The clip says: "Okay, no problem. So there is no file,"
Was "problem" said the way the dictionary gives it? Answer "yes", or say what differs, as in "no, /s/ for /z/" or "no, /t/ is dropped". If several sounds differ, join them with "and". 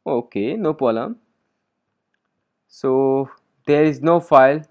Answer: no, /ɹ/ is dropped and /b/ is dropped